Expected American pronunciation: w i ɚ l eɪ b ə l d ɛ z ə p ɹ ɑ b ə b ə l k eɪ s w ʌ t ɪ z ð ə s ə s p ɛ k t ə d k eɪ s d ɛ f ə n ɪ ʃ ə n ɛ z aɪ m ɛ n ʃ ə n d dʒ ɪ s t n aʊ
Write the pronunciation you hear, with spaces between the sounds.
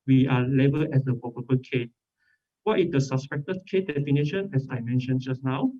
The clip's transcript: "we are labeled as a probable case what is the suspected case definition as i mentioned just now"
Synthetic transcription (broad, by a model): w i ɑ l eɪ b ə l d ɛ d ə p ɑ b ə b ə k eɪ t w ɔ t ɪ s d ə s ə s p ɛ k t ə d k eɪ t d ɛ f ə n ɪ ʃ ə n ɛ s aɪ m ɛ n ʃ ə n dʒ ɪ s n aʊ